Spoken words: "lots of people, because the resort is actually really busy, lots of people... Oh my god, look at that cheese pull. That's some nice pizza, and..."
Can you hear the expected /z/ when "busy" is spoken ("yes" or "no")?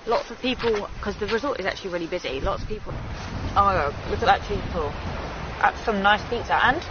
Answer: yes